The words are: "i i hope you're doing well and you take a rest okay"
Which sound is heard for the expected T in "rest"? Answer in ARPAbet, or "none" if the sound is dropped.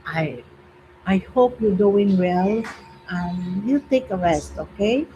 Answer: T